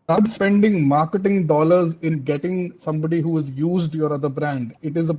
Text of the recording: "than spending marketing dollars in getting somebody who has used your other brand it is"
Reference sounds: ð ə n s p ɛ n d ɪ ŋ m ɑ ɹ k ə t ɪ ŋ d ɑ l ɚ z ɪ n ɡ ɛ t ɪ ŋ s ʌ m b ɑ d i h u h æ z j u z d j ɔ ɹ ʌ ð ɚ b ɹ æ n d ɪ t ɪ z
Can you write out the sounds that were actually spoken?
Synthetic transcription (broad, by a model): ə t s p ɛ n d ɪ ŋ m ɑ ɹ k ə t ɪ ŋ d ɑ l ɚ z ɪ n ɡ ɛ t ɪ ŋ s ʌ m b ɑ d i h u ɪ z j u z d j ɔ ɹ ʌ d ɚ b ɹ æ n d ɪ t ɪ z